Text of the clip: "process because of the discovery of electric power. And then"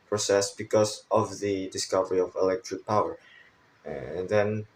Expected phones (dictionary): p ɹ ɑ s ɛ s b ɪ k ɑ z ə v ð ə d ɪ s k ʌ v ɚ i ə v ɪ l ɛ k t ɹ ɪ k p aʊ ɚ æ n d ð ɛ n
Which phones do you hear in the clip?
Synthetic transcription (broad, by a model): p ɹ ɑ s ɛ s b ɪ k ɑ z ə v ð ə d ɪ s k ʌ v ɚ i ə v ɪ l ɛ k t ɹ ɪ k p aʊ ɚ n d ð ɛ n